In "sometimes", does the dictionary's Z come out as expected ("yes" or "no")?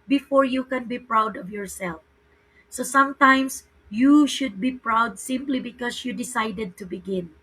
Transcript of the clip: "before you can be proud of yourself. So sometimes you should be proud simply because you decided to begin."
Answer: no